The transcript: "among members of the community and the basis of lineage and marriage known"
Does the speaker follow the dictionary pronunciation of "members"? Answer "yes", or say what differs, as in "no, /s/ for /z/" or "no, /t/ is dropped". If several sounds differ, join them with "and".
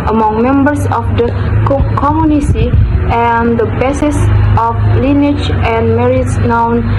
no, /s/ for /z/